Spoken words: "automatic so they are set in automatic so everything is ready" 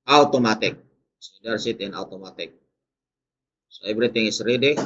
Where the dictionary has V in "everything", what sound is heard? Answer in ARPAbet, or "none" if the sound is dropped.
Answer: B